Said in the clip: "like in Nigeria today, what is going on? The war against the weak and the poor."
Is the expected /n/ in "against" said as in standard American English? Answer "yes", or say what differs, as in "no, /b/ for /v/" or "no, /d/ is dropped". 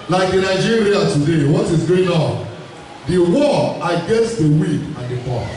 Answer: yes